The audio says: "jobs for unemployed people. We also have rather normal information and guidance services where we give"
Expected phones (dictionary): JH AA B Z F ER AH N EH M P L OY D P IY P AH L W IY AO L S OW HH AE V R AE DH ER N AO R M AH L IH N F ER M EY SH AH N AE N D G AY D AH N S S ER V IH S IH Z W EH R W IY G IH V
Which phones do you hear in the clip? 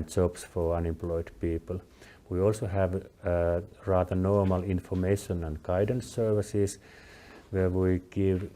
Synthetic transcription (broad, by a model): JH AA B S F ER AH N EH M P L OY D P IY P AH L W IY AO L S OW HH AE V R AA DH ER N AO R M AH L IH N F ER M EY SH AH N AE N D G AY D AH N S S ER V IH S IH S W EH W IY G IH V